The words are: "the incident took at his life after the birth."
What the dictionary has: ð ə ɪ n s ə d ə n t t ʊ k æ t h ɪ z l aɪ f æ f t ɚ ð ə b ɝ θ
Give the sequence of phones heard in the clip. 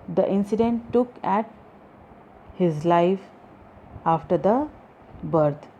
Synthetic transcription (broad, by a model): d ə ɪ n s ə d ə n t t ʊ k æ t h ɪ z l aɪ f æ f t ɚ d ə b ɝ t